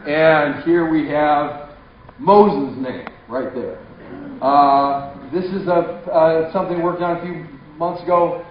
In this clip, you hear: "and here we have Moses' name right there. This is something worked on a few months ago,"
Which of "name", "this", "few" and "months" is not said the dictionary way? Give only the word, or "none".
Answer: none